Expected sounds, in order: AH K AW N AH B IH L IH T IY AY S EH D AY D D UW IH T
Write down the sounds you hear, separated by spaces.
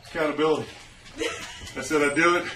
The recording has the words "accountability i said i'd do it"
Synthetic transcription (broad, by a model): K AW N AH B IH L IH T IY AY S EH D AY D D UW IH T